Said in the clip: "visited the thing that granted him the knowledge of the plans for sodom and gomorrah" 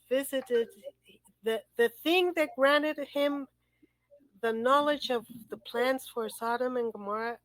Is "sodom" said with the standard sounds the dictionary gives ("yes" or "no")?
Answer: yes